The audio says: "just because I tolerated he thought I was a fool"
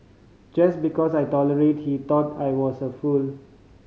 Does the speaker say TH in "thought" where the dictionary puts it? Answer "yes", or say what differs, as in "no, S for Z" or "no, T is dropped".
no, T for TH